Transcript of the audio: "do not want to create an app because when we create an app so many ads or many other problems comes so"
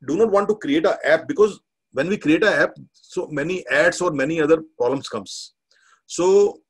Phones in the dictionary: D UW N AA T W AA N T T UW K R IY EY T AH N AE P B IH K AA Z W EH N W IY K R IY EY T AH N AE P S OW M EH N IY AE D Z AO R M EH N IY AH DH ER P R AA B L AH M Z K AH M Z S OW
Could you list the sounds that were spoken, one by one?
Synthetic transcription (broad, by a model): D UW N AA T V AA N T T UW K R IY EY T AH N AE P B IH K AA Z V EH N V IY K R IY EY T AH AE P S OW M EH N IY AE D S AO R M EH N IY AH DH ER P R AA L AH M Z K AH M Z S OW